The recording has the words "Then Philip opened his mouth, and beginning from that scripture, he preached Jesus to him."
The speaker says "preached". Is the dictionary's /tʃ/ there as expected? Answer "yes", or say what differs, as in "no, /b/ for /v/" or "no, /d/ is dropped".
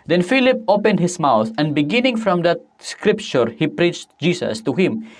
yes